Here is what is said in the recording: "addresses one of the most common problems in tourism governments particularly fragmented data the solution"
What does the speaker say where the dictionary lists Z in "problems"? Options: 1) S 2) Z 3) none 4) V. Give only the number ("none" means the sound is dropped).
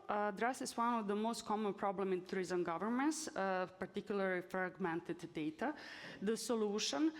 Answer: 3